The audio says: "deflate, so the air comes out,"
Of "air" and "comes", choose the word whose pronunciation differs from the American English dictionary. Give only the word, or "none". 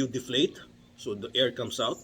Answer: comes